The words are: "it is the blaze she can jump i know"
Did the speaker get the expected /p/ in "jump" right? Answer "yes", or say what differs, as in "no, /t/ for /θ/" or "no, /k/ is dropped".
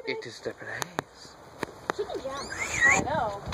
no, /p/ is dropped